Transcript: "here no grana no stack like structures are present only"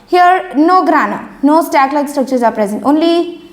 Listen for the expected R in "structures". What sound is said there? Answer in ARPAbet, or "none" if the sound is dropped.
none